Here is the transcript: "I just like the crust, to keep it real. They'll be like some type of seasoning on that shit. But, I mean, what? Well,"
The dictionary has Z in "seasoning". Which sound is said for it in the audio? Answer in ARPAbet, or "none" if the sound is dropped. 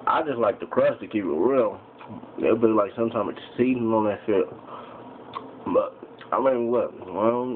S